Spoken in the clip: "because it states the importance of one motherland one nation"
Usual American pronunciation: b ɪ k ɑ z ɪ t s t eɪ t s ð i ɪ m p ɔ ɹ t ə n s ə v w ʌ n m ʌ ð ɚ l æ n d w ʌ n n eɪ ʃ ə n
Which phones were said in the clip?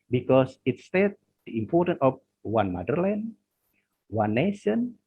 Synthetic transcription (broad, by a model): b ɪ k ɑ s ɪ t s t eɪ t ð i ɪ m p ɔ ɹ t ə n ə f w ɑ n m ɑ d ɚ l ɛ n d w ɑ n n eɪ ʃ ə n